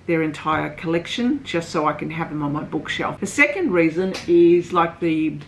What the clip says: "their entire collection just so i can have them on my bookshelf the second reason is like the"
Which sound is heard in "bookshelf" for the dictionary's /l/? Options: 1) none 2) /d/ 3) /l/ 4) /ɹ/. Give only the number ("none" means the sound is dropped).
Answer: 3